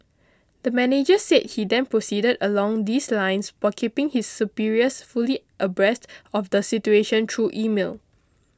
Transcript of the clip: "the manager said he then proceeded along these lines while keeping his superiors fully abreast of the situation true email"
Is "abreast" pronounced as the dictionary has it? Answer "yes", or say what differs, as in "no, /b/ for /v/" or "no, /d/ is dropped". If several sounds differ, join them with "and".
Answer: yes